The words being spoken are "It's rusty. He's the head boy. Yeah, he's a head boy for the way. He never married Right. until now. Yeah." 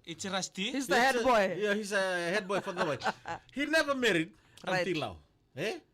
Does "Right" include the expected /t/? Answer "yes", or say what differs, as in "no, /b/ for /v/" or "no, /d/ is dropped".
no, /t/ is dropped